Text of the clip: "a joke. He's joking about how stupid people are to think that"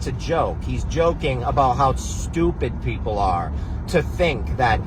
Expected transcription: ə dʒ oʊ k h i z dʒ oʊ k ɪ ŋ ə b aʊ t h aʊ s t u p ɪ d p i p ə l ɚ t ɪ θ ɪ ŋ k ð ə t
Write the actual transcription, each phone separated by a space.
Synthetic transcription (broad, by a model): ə dʒ oʊ k h i z dʒ oʊ k ɪ ŋ ə b aʊ t h aʊ s t u p ɪ d p i p l ɚ t ɪ θ ɪ ŋ k ð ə t